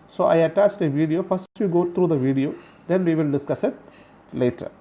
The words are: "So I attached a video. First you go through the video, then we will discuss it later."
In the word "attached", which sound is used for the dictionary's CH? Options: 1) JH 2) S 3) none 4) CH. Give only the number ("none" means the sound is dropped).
4